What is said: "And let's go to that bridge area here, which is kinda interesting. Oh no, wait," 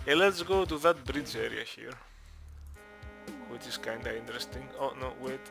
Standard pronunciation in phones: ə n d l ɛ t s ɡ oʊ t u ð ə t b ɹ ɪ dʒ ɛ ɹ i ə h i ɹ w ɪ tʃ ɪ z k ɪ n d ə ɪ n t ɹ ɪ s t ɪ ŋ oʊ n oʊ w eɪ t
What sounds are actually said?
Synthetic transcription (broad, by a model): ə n l ɛ t s ɡ oʊ t u ð ə t b ɹ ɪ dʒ ɛ ɹ i ə h i ɹ w ɪ tʃ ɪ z k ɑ n d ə ɪ n t ɹ ɪ s t ɪ ŋ oʊ n oʊ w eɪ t